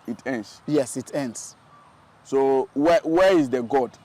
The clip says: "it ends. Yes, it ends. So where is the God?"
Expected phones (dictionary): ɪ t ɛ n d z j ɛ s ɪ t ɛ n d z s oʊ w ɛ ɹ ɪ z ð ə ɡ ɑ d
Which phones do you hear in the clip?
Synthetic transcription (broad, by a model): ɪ t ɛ n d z j ɛ s ɪ t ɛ n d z s oʊ w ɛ w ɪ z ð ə ɡ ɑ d